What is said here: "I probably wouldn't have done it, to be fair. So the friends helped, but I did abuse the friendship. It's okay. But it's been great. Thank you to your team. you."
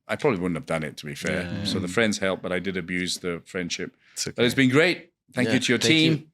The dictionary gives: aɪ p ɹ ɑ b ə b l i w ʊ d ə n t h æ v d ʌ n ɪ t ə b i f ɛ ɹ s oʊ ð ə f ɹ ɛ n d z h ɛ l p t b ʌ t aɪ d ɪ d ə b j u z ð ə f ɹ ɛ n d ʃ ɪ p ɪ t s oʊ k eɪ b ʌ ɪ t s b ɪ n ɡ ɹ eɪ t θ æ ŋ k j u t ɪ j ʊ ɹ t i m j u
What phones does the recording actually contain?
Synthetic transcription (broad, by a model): aɪ p ɹ ɑ b ə b l i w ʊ d n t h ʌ v d ʌ n ɪ t ə b i f ɛ ɹ s oʊ ð ə f ɹ ɛ n d z h ɛ l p b ʌ t aɪ d ɪ d ə b j u z ð ə f ɹ ɛ n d ʃ ɪ p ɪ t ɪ ɪ t s b ɪ n ɡ ɹ eɪ t θ æ ŋ k j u t ɪ j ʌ ɹ t i m